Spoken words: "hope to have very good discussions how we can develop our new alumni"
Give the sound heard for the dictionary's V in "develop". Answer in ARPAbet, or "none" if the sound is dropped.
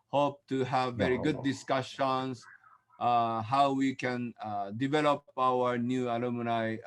V